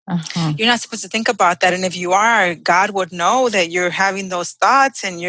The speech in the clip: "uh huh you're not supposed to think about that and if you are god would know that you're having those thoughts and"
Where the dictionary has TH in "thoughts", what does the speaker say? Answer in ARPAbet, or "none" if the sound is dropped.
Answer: TH